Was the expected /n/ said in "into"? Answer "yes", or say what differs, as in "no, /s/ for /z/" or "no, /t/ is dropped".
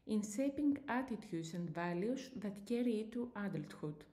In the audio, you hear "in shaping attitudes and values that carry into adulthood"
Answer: no, /n/ is dropped